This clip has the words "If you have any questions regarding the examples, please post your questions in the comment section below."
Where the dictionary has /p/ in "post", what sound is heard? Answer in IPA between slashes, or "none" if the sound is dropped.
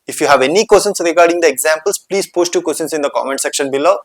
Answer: /p/